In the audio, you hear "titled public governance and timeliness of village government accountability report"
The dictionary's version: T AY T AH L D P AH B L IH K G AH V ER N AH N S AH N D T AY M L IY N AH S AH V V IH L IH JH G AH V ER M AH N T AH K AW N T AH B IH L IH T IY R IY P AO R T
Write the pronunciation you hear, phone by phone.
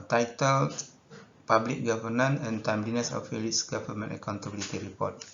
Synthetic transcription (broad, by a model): T AY T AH L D P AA B L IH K G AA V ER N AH N AH N T AY M L IY N AH S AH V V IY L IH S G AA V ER M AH N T AH K AW N T AH B IH L IH T IY R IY P AO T